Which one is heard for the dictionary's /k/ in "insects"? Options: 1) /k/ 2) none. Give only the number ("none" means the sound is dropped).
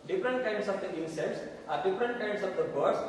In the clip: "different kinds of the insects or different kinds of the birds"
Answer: 2